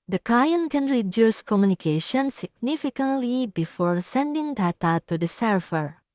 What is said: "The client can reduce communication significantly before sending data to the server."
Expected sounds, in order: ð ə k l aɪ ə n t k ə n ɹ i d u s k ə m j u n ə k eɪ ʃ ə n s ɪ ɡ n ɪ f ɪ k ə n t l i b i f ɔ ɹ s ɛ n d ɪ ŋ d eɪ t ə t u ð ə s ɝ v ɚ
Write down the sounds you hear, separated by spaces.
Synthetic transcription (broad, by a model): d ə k aɪ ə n k ə n ɹ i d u s k ə m j u n ə k eɪ ʃ ə n s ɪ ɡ n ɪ f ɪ k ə n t l i b i f ɔ ɹ s ɛ n d ɪ ŋ d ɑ t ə t u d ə s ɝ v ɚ